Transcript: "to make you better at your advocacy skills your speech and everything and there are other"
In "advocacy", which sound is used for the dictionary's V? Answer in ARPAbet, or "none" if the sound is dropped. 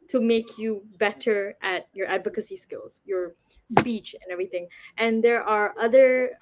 V